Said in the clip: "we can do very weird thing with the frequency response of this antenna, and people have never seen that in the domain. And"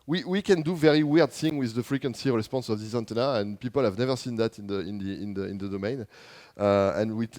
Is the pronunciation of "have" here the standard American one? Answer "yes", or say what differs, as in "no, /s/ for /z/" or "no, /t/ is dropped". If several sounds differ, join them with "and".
yes